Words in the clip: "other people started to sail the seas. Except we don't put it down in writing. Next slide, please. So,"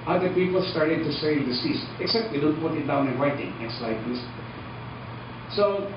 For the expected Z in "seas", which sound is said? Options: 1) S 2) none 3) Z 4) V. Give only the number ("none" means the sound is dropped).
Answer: 1